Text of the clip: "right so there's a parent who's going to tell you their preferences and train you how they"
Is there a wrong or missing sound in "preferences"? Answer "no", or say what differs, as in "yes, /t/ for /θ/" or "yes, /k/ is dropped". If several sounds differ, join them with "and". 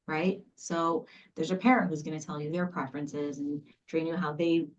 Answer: no